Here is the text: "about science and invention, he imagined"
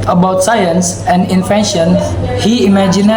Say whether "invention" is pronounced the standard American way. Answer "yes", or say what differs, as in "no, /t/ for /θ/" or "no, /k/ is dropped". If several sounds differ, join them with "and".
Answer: no, /f/ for /v/